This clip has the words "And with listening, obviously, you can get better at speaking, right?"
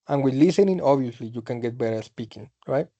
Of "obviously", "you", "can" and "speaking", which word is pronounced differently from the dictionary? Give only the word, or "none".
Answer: obviously